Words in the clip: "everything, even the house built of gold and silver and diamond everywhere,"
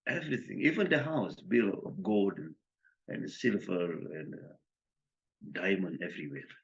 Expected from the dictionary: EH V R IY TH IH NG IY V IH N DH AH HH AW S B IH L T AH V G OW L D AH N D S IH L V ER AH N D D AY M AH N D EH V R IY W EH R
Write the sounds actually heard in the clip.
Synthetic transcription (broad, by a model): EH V R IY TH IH NG IY V IH N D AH HH AW S B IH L AH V G OW L D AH N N S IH L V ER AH N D D AY M AH N D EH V R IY W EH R